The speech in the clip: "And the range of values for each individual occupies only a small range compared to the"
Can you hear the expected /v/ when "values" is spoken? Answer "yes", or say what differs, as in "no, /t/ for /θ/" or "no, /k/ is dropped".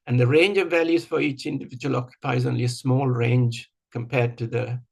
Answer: yes